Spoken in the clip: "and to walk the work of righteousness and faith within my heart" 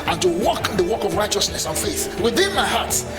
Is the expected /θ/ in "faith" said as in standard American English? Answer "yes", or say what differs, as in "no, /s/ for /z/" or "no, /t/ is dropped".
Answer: yes